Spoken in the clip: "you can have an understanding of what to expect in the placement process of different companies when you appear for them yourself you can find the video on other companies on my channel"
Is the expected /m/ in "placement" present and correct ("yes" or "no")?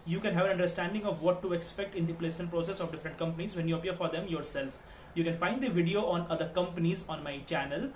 no